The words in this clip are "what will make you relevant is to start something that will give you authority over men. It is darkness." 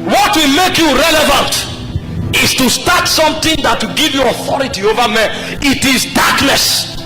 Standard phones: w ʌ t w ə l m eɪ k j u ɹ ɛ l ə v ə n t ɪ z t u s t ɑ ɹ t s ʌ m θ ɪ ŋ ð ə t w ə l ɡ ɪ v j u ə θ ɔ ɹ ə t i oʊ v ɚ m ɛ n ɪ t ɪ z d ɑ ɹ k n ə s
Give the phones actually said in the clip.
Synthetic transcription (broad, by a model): w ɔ t w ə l m eɪ k j u ɹ ɛ l ə v ə n t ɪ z t u s t ɑ t s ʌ m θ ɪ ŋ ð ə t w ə ɡ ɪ v j u ə θ ɔ ɹ ə t i oʊ v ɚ m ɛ ɪ t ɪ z d ɑ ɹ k n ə s